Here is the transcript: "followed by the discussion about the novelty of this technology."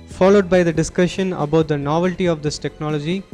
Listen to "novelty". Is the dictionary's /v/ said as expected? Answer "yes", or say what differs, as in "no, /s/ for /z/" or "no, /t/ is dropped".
yes